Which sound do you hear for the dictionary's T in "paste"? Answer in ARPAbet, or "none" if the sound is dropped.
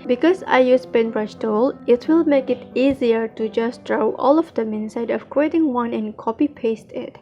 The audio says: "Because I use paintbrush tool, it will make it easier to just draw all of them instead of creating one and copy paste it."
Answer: T